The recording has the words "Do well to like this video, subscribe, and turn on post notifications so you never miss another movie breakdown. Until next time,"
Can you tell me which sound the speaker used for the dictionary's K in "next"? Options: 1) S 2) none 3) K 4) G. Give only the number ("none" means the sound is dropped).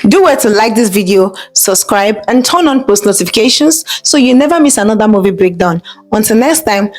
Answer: 3